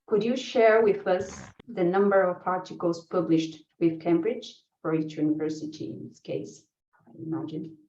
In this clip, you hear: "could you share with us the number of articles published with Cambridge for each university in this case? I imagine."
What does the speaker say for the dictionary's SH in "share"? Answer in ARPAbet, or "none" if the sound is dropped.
SH